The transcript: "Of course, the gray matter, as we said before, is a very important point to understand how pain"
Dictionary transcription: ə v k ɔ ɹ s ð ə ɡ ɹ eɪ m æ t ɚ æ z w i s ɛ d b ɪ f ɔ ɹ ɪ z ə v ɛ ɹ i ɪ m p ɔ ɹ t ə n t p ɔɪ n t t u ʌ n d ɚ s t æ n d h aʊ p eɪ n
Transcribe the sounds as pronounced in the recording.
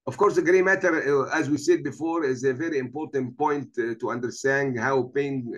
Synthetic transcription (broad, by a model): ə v k ɔ ɹ s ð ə ɡ ɹ eɪ m æ t ɚ æ z w i s ɛ d b ɪ f ɔ ɹ ɪ z ə v ɛ ɹ i ɪ m p ɔ ɹ t ə n t p ɔɪ n t t u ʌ n d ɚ s t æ n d h aʊ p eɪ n